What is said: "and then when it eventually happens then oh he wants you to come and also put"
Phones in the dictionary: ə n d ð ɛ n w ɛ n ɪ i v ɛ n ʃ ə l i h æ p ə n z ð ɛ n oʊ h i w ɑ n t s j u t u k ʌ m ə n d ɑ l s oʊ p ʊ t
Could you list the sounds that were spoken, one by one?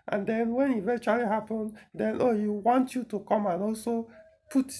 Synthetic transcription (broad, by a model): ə n d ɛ n w ɛ n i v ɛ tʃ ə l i h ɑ p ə n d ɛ n oʊ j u w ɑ n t j u t u k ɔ m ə n ɑ l s oʊ p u t